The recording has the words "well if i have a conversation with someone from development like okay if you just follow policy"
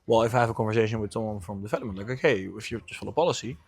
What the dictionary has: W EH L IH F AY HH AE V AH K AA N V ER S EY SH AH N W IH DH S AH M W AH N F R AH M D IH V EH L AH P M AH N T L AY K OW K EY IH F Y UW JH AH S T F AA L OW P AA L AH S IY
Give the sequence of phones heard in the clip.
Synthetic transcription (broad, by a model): W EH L IH F AY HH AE V AH K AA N V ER S EY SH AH N W IH DH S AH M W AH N F R AH M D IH F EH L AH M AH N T L AY K OW K EY IH F Y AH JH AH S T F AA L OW P AA L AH S IY